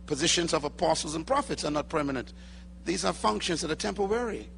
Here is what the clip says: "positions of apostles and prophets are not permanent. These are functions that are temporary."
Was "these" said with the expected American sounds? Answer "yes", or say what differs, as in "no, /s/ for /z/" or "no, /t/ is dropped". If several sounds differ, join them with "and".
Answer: yes